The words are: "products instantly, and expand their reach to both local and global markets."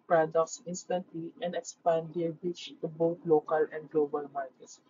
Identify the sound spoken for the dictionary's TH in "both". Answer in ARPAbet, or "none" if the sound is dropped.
T